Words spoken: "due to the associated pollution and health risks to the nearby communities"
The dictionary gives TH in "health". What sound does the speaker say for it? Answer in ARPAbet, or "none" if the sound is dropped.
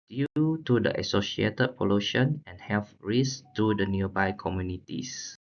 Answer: F